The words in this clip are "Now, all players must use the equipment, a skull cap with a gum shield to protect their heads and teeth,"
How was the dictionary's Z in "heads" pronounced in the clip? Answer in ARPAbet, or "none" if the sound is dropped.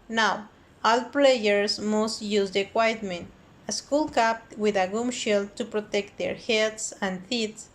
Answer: S